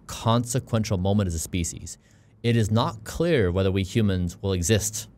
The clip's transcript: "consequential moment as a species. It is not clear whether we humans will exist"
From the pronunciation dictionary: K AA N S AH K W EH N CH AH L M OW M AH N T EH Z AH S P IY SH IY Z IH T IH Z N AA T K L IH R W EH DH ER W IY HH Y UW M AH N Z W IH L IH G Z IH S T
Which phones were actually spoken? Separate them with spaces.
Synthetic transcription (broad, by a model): K AA N S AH K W EH N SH L M OW M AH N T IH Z AH S P IY SH IY Z IH T IH Z N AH T K L IH R W EH DH ER W IY HH Y UW M AH N Z W IH L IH G Z IH S T